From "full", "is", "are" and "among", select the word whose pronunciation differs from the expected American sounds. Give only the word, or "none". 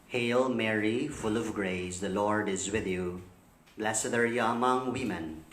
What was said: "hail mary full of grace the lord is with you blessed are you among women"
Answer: none